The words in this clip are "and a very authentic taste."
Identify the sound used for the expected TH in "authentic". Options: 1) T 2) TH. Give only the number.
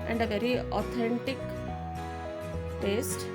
1